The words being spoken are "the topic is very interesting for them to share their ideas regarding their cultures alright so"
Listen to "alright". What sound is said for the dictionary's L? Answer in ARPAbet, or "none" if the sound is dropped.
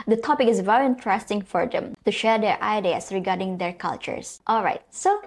L